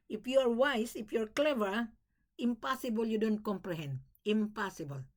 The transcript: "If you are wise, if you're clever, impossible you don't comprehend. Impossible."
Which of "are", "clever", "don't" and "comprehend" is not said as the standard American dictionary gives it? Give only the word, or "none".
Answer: none